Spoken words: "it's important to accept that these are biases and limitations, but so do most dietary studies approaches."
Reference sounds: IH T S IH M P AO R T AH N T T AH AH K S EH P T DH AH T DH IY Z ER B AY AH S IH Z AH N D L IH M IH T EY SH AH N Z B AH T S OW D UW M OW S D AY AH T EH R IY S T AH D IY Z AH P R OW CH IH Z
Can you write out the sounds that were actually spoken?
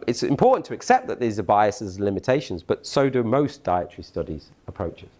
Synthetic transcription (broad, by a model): IH T S IH M P AO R T N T T AH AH K S EH P DH AH T DH IY Z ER B AY AH S IH Z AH N L IH M IH T EY SH AH N Z B AH T S OW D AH M OW S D AY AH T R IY S T AH D IY Z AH P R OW CH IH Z